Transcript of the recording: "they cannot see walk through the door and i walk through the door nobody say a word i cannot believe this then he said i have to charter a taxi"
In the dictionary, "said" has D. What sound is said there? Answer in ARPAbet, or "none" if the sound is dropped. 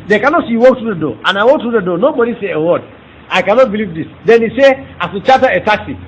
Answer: none